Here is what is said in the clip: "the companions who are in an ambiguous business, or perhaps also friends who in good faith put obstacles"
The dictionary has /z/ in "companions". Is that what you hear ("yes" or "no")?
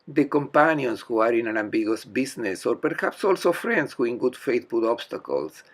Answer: no